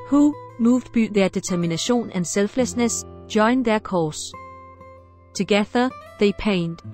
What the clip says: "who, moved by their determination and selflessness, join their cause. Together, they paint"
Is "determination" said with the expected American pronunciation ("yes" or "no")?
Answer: no